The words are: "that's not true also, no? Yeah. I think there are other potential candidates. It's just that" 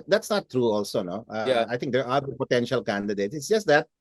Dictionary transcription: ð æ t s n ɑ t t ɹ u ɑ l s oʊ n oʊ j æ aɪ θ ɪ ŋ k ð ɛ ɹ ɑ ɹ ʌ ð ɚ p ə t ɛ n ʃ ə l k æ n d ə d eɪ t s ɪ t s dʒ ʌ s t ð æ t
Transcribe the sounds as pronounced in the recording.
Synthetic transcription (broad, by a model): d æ t s n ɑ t t ɹ u ɑ l s oʊ n oʊ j aɪ t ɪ ŋ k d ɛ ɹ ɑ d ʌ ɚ p ə t ɛ n ʃ ə l k æ n d ə d eɪ t s ɪ t s dʒ ʌ s t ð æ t